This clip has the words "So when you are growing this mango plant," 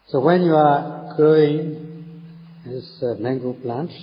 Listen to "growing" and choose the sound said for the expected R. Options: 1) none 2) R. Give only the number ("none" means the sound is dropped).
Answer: 1